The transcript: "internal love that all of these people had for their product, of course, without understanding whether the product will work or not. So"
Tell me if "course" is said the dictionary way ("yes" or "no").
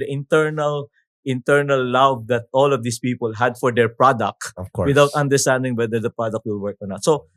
no